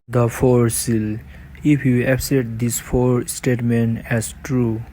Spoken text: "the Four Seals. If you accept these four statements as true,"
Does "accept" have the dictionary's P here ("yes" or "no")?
no